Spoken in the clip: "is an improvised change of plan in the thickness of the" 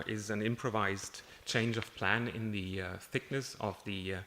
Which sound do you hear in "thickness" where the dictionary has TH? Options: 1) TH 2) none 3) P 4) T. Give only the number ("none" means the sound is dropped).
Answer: 1